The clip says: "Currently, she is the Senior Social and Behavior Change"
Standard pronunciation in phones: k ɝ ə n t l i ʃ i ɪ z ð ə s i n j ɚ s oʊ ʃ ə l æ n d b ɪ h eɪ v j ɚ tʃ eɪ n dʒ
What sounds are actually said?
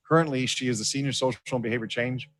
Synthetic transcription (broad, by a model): k ɝ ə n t l i ʃ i ɪ z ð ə s i n j ɚ s oʊ ə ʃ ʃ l b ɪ h eɪ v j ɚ tʃ eɪ n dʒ